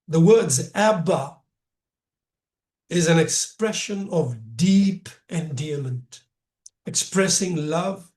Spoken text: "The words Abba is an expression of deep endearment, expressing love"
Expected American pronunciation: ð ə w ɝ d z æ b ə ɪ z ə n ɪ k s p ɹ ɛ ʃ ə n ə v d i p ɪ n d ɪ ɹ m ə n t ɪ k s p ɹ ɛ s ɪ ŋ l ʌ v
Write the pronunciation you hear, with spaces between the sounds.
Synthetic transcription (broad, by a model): ð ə w ɝ d z æ b ə ɪ z ə n ɪ k s p ɹ ɛ ʃ ə n ə v d i p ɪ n d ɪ m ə n t ɪ k s p ɹ ɛ s ɪ ŋ l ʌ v